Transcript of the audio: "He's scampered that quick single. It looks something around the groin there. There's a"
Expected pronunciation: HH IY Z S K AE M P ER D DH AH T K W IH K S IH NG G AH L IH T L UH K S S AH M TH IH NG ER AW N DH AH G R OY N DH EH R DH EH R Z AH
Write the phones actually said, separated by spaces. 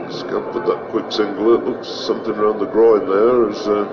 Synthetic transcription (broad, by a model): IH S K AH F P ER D DH AH T K W IH K S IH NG G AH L IH T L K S S AH M TH IH NG ER AW N DH AH G R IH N DH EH R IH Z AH